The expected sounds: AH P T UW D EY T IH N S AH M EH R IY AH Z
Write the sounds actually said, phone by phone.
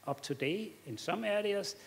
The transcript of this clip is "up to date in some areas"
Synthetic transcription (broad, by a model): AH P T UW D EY IH N S AH M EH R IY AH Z